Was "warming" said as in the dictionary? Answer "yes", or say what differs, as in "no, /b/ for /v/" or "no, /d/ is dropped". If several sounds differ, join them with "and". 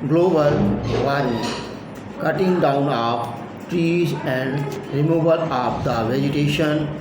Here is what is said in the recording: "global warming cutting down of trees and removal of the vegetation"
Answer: no, /m/ is dropped